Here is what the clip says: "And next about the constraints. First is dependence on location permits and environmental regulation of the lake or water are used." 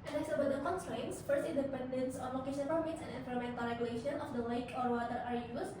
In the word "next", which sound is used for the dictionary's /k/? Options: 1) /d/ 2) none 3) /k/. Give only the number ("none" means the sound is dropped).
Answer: 2